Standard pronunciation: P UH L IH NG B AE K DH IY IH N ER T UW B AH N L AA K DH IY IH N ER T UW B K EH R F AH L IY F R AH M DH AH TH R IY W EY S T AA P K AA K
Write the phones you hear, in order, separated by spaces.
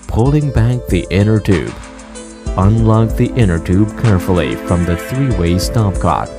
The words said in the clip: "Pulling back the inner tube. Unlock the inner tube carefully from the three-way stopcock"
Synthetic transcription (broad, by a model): P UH L IH NG B AE K DH IY IH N ER T UW B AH N L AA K DH IY IH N ER T UW B K EH R F L IY F R AH M DH AH TH R IY W EY S T AA P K AA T